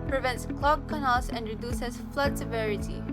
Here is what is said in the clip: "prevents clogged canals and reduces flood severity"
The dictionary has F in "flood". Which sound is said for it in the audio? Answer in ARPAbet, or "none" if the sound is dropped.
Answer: F